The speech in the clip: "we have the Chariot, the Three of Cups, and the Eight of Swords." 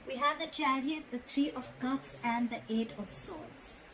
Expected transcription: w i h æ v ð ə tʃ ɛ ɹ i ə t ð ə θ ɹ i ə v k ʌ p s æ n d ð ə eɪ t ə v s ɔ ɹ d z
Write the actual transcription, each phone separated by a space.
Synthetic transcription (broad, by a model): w i h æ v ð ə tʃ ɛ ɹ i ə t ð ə t ɹ i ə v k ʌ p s æ n d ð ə eɪ t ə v s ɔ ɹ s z